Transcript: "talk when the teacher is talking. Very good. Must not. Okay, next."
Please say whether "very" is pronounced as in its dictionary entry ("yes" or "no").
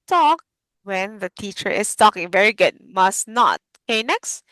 yes